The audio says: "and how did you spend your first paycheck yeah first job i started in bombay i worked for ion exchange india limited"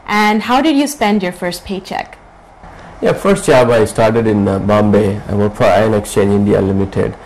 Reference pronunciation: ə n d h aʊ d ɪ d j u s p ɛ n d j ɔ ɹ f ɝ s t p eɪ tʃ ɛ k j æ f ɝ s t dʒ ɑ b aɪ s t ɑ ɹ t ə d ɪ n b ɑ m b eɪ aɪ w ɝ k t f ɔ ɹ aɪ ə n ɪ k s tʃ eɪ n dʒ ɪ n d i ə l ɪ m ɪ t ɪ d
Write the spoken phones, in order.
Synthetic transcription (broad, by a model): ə n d h aʊ d ɪ d j u s p ɛ n d j ɔ ɹ f ɝ s t p eɪ tʃ ɛ k j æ f ɝ s t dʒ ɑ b aɪ s t ɑ ɹ t ə d ɪ n b ɑ m b eɪ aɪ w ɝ t f ɔ ɹ aɪ ə n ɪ k s tʃ eɪ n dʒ ɪ n d i ə l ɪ m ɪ t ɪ d